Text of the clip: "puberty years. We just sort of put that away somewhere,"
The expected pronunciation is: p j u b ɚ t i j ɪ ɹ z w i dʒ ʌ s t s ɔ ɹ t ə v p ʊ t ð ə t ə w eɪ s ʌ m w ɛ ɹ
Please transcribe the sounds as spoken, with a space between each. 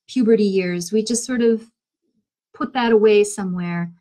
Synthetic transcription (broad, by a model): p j u b ɚ t i j ɪ ɹ z w i dʒ ʌ s t s ɔ ɹ t ə v p ʊ t ð ə t ə w eɪ s ʌ m w ɛ ɹ